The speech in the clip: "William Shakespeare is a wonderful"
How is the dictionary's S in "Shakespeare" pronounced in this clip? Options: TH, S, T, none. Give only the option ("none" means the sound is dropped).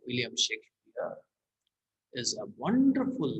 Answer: none